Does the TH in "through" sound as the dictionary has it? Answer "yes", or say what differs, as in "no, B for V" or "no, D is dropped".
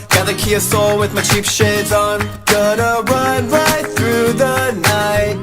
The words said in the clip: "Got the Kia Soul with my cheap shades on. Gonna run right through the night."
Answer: yes